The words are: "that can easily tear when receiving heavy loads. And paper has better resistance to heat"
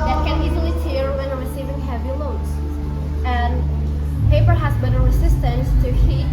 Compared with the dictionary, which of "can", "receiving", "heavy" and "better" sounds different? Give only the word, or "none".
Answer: none